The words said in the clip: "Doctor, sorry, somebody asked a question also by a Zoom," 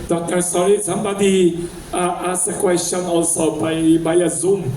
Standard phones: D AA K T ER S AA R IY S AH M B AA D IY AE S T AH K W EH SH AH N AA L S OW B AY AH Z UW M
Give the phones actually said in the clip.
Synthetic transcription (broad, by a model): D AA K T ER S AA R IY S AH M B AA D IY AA S AH K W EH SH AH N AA L S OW B AY AH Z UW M